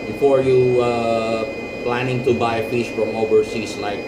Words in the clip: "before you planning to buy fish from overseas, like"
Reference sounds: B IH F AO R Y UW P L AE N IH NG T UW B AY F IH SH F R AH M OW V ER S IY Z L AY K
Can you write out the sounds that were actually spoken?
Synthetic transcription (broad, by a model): B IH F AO R Y UW P L AE N IH NG T UW B AY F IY S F R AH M OW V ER S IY S L AY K